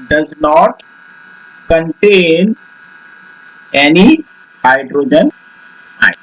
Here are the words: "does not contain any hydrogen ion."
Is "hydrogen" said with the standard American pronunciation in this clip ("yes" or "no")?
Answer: yes